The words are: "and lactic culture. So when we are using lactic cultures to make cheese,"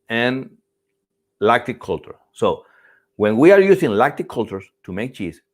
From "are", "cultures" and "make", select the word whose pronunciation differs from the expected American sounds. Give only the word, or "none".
cultures